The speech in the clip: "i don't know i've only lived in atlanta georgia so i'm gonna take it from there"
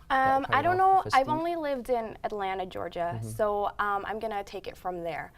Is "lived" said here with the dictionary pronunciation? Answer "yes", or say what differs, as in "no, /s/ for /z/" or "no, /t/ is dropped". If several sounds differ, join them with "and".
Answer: yes